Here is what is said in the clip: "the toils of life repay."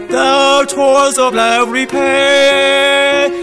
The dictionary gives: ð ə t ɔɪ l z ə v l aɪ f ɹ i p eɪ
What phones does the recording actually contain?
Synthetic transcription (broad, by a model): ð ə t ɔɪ z ə v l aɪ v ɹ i p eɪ